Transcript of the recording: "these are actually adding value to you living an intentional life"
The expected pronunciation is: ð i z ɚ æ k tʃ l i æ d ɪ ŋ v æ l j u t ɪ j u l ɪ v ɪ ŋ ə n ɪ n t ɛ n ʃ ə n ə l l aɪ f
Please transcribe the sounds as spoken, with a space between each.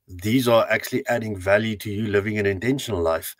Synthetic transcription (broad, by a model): ð i z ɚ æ k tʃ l i æ d ɪ ŋ v æ l j u t ɪ j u l ɪ v ɪ ŋ ə n ɪ n t ɛ n ʃ ə n ə l l aɪ f